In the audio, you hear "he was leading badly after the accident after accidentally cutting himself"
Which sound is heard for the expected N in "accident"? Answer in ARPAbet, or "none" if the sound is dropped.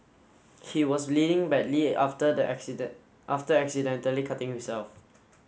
none